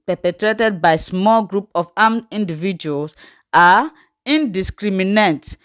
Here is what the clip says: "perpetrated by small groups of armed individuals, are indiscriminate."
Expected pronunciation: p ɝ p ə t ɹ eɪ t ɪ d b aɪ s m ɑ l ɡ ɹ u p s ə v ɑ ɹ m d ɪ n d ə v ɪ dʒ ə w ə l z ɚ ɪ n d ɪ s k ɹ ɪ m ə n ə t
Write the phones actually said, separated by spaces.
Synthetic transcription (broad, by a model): p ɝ p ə t ɹ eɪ t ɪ d b aɪ s m ɑ l ɡ ɹ u p ə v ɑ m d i n d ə v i dʒ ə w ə l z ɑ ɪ n d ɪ s k ɹ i m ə n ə t